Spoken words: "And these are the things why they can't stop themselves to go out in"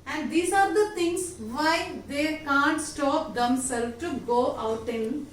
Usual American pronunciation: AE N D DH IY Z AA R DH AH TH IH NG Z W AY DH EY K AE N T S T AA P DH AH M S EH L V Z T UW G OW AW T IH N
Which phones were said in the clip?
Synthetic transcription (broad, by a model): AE N D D IY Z AA R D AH T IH NG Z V AY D EY K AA N T S T AA P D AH M S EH L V T UW G OW AW T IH N